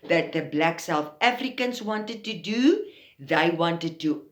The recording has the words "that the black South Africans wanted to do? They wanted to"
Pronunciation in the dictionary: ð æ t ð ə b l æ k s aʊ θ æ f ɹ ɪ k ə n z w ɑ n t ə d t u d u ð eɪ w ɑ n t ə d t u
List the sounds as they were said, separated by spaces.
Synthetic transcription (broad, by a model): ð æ t ð ə b l æ k s aʊ θ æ f ɹ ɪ k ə n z w ɑ n t ə d t u d u ð eɪ w ɑ n t ə d t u